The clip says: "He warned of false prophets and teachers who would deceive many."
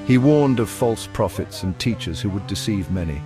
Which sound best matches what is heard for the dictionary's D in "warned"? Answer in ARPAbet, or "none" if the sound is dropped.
D